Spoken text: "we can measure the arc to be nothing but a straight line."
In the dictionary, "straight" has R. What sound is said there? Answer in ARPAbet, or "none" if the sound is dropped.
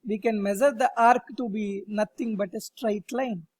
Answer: R